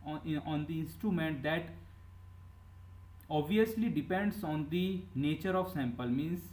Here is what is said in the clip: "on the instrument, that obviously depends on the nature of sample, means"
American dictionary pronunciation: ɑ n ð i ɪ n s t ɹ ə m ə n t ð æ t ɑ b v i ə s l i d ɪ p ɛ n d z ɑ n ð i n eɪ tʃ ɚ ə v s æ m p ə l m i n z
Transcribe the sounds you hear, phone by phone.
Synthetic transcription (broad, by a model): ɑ n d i ɪ n s t ɹ ə m ə n t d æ t ɑ b v i ə s l i d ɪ p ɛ n d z ɑ n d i n eɪ tʃ ɚ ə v s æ m p ə l m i n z